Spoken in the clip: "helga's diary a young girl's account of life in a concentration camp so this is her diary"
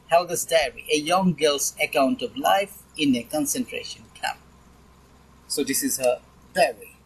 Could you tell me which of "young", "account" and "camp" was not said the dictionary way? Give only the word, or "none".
camp